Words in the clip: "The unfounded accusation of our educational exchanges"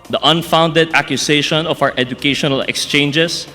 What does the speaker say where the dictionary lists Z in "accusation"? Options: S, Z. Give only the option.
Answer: S